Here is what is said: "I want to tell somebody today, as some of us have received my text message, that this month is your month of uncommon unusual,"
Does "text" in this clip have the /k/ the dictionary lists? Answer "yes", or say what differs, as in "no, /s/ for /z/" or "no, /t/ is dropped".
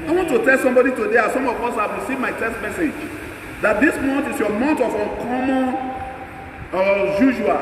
no, /k/ is dropped